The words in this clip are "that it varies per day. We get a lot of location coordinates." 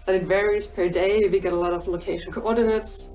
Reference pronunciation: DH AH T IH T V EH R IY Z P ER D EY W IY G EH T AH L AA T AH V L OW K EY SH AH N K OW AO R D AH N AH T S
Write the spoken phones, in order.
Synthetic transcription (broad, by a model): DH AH T IH T V EH R IY Z P ER D EY W IY G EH T AH L AA T AH V L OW K EY SH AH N K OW AO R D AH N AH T S